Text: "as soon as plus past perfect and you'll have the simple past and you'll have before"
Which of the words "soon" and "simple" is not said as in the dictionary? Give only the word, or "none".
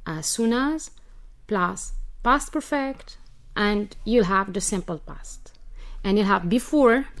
none